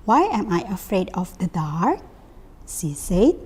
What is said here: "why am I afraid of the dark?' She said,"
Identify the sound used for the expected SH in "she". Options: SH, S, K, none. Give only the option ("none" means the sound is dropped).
S